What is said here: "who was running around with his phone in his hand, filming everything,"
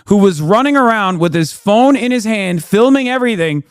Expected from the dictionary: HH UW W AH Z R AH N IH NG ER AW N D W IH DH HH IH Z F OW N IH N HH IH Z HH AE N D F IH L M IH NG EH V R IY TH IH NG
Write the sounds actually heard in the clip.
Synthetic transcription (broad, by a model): HH UW W AH Z R AH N IH NG ER AW N D W IH DH IH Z F OW N IH N IH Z HH AE N D F IH L M IH NG EH V R IY TH IH NG